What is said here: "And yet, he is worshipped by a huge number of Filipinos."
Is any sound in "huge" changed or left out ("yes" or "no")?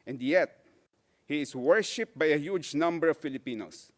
no